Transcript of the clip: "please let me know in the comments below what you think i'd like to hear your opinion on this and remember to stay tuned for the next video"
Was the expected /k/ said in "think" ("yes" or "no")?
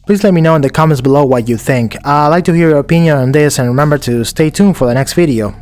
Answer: yes